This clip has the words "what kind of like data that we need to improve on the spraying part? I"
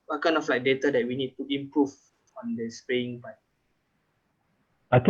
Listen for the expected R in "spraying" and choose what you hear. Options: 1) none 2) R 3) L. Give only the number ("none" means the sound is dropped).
1